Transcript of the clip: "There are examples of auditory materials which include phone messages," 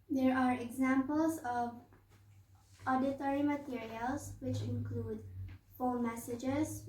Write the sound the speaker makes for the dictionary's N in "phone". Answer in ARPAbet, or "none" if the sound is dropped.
L